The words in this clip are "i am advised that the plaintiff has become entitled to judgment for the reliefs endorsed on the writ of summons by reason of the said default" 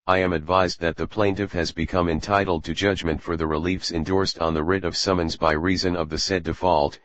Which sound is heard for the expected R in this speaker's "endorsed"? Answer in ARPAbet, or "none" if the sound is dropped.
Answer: R